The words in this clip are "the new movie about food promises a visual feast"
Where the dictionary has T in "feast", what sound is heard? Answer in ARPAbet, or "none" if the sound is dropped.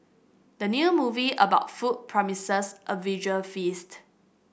T